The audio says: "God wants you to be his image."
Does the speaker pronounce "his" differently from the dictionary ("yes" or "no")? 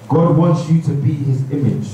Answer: no